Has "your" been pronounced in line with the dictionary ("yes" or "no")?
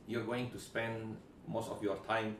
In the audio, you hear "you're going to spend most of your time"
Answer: yes